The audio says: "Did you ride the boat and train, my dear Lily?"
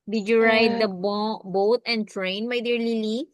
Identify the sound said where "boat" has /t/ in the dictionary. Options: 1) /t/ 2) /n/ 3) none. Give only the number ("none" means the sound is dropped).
1